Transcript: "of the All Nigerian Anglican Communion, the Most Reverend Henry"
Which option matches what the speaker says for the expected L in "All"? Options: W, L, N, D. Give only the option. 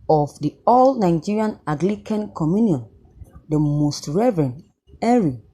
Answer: L